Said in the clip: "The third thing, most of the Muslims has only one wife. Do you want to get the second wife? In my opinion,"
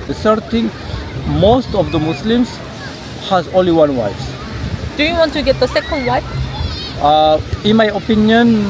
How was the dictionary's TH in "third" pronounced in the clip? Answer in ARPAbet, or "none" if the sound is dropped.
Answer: S